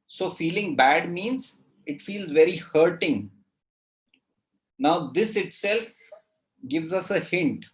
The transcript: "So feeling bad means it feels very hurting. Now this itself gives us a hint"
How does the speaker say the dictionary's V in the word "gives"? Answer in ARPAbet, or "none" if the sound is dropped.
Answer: V